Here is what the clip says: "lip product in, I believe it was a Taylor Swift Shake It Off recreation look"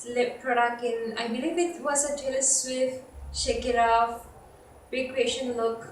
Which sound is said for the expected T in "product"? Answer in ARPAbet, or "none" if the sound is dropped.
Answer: none